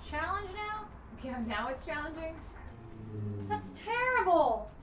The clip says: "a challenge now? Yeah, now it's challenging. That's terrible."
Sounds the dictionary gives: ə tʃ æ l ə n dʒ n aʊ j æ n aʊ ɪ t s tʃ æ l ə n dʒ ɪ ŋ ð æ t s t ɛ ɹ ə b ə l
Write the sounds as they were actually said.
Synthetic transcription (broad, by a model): tʃ æ l ə n dʒ n aʊ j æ n aʊ ɪ t s tʃ æ l ə n dʒ ɪ ŋ ð æ t s t ɛ ɹ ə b l